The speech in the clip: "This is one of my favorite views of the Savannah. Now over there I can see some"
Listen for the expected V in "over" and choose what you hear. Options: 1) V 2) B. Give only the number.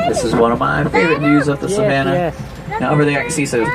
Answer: 2